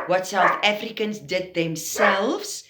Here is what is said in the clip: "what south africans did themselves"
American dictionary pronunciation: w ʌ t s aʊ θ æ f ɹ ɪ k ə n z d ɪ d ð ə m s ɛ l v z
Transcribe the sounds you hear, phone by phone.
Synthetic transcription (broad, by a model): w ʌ t s aʊ θ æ f ɹ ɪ k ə n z d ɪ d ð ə m s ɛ l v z